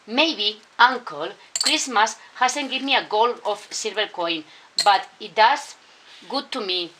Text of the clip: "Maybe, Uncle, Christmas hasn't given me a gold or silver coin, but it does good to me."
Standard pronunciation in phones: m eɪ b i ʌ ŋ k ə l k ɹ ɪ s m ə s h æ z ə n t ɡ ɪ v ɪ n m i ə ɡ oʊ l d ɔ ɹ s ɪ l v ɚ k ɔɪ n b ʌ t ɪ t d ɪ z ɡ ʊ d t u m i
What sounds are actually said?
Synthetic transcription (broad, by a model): m eɪ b i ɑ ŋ k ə l k ɹ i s m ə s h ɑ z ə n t ɡ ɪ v m i ə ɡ oʊ l ɔ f s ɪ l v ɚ k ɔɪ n b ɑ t ɪ t d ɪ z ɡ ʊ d t u m i